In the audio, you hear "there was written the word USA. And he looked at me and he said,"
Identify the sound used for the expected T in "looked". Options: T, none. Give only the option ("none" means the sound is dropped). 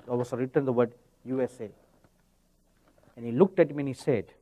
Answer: T